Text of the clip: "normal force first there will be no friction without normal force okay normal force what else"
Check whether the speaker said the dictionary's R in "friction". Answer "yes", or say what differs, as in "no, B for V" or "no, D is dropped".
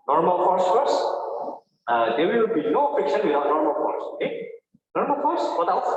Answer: no, R is dropped